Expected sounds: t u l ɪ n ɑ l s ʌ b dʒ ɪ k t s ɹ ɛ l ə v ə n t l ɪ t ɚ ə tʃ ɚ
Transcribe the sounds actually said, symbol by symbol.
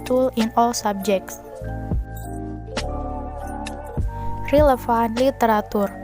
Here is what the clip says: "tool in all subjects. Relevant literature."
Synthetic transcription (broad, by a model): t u l ɪ n ɑ l s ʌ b dʒ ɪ k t s ɹ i l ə f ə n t l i t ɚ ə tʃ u